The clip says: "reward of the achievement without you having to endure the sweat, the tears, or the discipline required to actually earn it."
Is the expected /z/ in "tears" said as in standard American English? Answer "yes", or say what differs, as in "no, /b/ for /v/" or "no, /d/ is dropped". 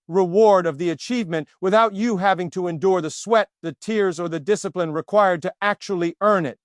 yes